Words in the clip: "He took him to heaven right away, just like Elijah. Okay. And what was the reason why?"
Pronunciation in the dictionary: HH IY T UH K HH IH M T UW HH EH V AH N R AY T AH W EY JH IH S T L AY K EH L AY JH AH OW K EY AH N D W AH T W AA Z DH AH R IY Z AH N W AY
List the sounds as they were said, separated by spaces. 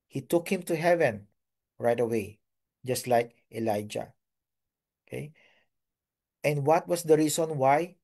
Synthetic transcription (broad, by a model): HH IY T UH K HH IH M T UW HH EH V AH N R AY T AH W EY JH IH S T L AY K EH L AY JH AH OW K EY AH N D W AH T W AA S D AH R IY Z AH N W AY